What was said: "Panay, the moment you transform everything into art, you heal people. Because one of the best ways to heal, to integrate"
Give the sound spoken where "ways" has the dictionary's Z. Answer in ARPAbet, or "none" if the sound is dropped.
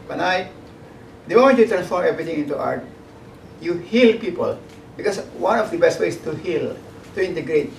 S